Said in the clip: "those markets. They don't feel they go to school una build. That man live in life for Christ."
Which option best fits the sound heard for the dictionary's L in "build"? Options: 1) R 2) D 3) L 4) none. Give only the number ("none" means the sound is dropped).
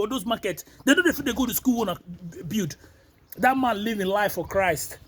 4